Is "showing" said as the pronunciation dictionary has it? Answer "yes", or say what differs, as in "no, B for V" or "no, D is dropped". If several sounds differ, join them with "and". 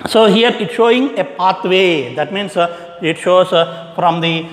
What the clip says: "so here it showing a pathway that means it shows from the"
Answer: yes